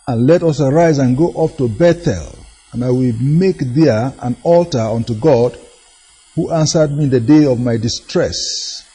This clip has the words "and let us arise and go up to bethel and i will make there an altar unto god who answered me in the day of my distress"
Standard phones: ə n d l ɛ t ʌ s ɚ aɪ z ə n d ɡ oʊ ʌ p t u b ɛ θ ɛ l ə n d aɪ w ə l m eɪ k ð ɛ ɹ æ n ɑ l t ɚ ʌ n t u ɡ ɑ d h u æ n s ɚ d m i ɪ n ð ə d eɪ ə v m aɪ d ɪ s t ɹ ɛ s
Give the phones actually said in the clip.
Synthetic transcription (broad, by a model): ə n l ɛ t ʌ s ɚ aɪ z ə n ɡ oʊ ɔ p t u b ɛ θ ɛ l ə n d aɪ w ə l m eɪ k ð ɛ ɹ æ n ɑ l t ɚ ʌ n t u ɡ ɑ d h u æ n s ɚ d m i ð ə d eɪ ə v m aɪ d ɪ s t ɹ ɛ s